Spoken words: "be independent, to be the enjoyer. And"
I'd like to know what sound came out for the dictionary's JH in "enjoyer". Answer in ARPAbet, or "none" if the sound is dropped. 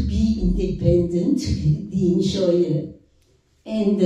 SH